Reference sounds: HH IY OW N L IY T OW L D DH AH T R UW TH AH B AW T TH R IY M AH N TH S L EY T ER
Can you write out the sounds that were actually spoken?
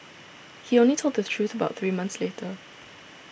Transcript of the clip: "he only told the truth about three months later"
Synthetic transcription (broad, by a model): HH IY OW N L IY T OW L D DH AH T R UW TH AH B AW T TH R IY M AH N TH S L EY T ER